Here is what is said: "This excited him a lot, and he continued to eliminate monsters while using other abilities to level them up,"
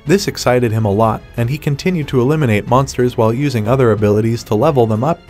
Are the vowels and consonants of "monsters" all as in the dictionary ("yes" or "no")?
yes